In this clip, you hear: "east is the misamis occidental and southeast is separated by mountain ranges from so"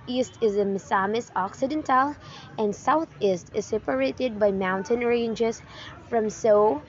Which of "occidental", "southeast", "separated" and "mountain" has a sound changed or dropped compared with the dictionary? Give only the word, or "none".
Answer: none